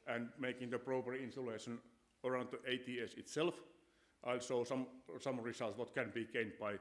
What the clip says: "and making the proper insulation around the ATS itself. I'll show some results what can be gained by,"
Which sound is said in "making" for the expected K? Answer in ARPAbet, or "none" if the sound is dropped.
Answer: K